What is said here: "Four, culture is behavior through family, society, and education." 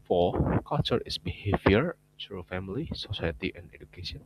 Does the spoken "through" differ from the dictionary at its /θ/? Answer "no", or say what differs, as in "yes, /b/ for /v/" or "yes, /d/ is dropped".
yes, /s/ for /θ/